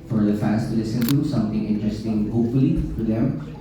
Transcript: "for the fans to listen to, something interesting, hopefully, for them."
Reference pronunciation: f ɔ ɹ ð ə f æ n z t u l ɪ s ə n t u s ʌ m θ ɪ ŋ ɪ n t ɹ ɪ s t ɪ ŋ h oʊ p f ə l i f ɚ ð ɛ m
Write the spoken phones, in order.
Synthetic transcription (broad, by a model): f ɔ ɹ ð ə f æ n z t u l ɪ s ə n t u s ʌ m t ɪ ŋ ɪ n t ɹ ɪ s t ɪ ŋ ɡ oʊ f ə l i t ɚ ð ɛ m